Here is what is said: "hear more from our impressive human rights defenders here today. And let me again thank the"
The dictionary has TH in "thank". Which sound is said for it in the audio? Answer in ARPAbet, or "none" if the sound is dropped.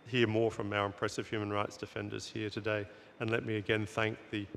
TH